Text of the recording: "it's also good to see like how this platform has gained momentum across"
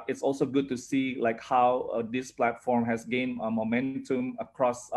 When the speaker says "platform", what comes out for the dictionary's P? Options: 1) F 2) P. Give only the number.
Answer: 2